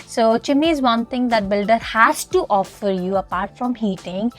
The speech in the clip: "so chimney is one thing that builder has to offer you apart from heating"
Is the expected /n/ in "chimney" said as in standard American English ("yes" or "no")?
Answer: no